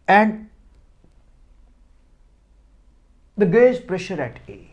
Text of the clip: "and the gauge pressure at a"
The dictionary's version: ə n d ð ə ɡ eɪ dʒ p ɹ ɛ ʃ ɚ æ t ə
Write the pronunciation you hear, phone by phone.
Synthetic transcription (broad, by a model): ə n d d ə ɡ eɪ z p ɹ ɛ ʃ ɚ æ t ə